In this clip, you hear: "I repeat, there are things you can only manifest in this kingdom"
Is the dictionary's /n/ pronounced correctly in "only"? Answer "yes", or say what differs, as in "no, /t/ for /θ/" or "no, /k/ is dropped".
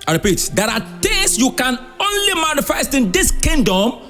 yes